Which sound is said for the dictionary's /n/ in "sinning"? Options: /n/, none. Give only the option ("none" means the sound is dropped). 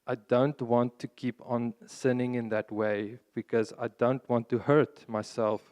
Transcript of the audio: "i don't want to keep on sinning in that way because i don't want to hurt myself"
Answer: /n/